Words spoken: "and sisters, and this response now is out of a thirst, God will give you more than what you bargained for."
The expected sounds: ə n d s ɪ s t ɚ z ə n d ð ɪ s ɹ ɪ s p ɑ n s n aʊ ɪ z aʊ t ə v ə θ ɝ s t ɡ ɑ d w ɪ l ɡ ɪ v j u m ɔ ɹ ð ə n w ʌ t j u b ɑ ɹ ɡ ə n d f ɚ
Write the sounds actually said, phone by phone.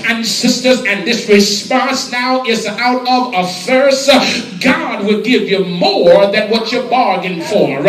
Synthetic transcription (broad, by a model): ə n s ɪ s t ɚ z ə n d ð ɪ s ɹ ɪ s p ɑ n s n aʊ ɪ z aʊ t ə v ə f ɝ s ɡ ɑ d w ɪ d ɡ ɪ v j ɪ m ɔ ɹ ð ə n w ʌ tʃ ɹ b ɑ ɹ ɡ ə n f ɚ